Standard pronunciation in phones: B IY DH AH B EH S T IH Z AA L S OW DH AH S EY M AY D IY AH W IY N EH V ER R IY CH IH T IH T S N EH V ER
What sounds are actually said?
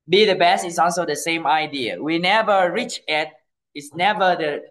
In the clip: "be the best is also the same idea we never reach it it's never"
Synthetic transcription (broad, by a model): B IY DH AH B EH S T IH S AA L S OW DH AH S EY M AY D IY AH W IY N EH V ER R IY CH IH T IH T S N EH V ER